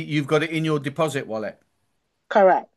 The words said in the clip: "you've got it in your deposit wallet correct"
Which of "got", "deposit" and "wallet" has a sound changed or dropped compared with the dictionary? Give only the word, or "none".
none